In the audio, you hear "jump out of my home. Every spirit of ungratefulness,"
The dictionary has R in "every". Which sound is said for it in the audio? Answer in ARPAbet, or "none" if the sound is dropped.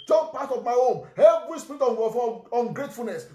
L